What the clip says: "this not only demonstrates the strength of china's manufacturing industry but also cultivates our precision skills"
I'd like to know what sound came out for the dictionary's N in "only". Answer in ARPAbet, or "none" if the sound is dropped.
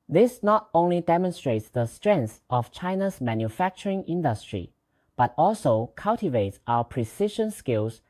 N